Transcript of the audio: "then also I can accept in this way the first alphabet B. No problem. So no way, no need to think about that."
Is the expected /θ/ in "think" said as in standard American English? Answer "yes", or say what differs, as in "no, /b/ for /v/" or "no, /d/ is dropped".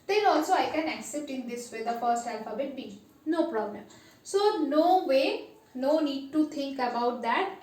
no, /t/ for /θ/